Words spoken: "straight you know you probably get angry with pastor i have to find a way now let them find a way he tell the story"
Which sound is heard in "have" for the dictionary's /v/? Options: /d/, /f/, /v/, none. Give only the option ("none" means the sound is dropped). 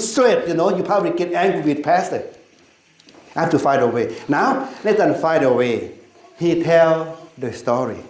/f/